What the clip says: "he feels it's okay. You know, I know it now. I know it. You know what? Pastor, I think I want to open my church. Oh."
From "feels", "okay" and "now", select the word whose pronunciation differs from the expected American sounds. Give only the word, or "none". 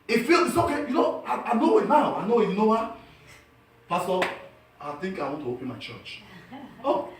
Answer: feels